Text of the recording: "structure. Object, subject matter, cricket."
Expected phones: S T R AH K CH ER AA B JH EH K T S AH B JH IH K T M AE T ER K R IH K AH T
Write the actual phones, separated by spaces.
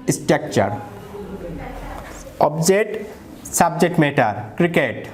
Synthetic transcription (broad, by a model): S T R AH K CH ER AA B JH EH T S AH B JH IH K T M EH T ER K R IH K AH T